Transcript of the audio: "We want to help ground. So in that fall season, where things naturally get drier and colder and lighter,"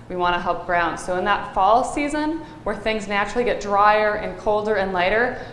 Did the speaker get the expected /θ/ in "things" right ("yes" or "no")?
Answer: yes